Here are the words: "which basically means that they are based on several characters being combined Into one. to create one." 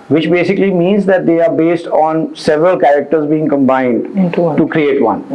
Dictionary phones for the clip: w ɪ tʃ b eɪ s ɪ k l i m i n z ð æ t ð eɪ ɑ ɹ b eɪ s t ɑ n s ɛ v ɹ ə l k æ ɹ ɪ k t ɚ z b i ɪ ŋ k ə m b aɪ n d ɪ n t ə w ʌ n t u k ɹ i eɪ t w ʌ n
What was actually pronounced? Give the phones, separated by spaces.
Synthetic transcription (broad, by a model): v ɪ tʃ b eɪ s ɪ k l i m i n z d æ t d eɪ ɑ ɹ b eɪ s t ɑ n s ɛ v ɹ ə l k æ ɹ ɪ k t ɚ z b i ɪ ŋ k ə m b aɪ n d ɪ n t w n t u k ɹ i eɪ t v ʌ n